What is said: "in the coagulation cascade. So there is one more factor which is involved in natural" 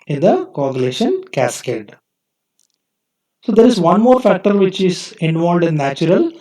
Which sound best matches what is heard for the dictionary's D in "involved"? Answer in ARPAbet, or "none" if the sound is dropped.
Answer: D